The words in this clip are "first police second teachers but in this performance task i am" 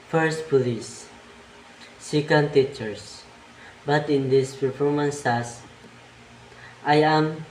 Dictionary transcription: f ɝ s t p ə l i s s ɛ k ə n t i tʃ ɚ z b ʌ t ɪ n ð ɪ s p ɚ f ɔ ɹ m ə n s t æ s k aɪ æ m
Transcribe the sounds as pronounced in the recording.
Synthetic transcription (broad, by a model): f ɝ s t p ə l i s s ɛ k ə n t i tʃ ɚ s b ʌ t ɪ n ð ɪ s p ɚ f ɔ ɹ m ə n s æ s aɪ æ m